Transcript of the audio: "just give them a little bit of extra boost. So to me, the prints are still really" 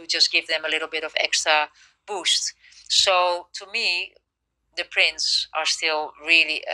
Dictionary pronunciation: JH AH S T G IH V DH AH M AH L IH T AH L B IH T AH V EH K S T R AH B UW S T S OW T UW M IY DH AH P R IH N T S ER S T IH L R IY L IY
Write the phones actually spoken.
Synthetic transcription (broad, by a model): JH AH S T G IH V DH AH M AH L IH T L B IH T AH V EH K S T R AH B UW S T S OW T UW M IY DH AH P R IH N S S ER S T IH L R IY L IY